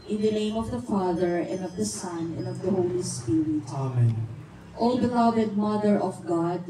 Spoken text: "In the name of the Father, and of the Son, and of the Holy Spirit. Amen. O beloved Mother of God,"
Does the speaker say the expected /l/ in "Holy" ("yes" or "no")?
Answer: yes